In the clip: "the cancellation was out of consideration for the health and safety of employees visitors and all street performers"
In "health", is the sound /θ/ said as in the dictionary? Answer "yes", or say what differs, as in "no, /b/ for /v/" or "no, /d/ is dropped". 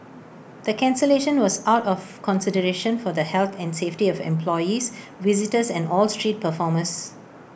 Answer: no, /t/ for /θ/